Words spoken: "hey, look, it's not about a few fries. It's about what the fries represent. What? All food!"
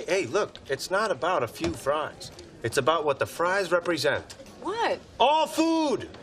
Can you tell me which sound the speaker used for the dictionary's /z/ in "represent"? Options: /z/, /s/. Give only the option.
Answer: /z/